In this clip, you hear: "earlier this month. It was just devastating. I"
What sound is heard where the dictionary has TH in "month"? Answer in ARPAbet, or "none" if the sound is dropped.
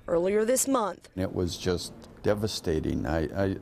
TH